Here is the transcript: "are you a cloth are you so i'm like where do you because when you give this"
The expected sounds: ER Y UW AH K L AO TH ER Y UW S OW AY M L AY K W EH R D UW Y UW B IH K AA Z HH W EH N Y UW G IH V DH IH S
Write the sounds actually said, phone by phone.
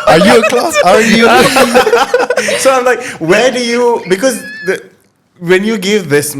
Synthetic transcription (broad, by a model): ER Y UW AH K L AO S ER Y UW S OW AY M L AY K W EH D UW Y UW B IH K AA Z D W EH N Y UW G IH V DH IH S